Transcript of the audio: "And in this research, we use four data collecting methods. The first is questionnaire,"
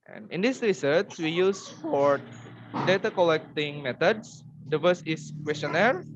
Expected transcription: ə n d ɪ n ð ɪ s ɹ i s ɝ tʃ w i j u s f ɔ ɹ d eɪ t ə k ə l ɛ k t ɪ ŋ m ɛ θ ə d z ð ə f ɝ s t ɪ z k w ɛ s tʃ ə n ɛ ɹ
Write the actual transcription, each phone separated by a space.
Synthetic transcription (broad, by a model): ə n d ɪ n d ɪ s ɹ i s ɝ s w i j u s f ɔ ɹ d eɪ t ə k ə l ɛ k t ɪ ŋ m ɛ t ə d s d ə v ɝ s ɪ s k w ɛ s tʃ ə n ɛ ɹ